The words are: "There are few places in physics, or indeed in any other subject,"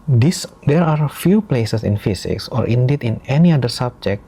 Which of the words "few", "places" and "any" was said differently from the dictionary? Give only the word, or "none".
places